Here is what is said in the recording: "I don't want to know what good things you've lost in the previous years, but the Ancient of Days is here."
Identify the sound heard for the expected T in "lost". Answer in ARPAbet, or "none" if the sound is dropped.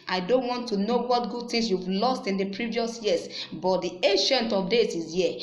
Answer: T